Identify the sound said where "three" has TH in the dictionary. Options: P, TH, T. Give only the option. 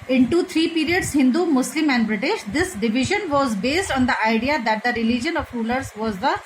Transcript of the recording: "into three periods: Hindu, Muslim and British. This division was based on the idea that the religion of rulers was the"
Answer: T